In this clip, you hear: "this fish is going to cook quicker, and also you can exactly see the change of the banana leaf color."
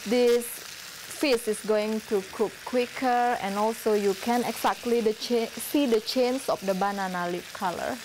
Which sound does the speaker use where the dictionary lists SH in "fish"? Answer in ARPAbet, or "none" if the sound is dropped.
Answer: S